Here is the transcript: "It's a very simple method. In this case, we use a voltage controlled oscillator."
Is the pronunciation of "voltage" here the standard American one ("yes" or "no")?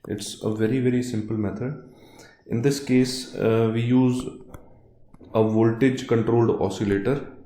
yes